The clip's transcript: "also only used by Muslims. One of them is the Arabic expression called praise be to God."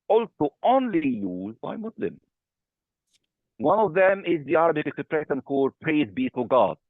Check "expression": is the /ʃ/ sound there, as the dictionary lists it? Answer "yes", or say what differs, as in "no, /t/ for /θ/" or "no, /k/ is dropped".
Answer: no, /s/ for /ʃ/